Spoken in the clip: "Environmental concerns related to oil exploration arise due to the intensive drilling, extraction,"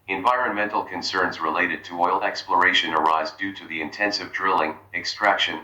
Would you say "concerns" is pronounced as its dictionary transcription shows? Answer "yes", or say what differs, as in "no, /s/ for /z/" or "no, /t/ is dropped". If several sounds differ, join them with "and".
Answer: yes